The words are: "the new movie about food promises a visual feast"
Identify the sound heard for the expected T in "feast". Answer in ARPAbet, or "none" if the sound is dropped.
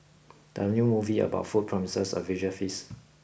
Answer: none